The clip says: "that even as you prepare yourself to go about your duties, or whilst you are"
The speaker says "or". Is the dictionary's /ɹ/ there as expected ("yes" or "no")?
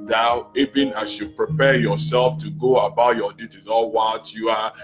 no